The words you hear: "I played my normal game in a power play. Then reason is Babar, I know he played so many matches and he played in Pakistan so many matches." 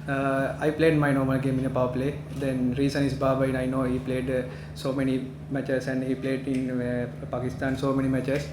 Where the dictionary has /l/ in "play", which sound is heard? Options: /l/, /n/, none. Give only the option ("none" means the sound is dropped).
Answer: /l/